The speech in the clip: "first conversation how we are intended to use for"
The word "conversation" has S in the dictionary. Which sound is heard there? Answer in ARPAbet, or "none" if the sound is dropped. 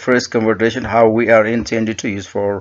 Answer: none